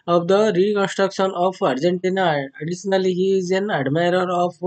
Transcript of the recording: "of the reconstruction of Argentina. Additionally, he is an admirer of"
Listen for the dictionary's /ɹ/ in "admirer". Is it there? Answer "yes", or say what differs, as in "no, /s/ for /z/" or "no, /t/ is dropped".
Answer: yes